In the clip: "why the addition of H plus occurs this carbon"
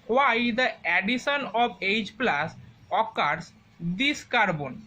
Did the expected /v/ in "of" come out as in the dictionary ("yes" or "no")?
no